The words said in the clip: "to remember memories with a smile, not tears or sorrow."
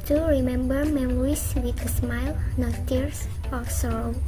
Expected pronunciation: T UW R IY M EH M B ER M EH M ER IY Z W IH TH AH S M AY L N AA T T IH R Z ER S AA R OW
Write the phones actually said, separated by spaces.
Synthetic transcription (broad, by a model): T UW R IY M EH M B ER M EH M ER IY S W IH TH AH S M AY L N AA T T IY R S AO S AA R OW